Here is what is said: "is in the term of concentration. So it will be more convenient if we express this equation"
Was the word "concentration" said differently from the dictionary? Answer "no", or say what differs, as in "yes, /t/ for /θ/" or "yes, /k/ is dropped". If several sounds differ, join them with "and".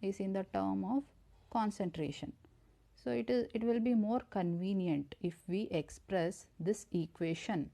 no